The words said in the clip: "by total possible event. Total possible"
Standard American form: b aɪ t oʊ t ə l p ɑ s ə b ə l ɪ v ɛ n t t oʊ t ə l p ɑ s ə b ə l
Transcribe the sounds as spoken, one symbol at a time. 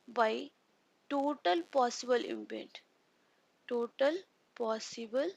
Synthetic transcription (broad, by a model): b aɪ t oʊ t ə l p ɑ s ə b ə l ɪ p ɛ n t t oʊ t ə l p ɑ s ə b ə l